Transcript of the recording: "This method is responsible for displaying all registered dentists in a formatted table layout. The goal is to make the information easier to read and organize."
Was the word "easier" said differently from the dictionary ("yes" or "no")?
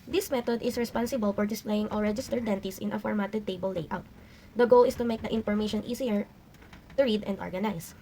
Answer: yes